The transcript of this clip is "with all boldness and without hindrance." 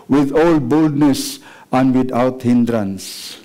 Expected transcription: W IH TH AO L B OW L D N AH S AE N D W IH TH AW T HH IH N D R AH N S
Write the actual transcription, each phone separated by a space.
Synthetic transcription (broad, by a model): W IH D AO L B OW L D N AH S AE N D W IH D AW T HH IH N D R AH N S